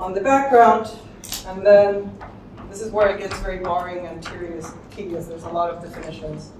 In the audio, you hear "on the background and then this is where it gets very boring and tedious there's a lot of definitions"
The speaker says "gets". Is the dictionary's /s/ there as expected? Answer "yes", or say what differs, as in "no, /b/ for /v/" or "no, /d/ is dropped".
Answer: yes